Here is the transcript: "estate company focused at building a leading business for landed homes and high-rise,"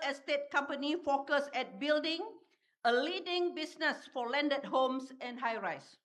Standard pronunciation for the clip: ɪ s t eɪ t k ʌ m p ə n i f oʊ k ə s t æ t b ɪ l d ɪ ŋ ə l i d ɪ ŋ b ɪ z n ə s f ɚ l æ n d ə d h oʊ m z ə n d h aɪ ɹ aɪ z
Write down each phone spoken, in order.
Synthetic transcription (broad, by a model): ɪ s t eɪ t k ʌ m p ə n i f oʊ k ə s ɛ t b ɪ l d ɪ ŋ ə l i d ɪ ŋ b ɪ s n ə s f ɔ l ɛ n d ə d h oʊ m s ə n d h aɪ ɹ aɪ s